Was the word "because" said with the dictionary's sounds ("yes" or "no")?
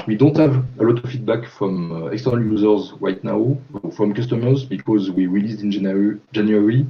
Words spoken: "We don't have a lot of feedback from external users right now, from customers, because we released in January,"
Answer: yes